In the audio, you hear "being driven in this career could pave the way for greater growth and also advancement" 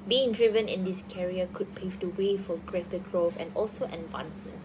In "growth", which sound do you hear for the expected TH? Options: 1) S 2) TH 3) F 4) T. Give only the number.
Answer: 3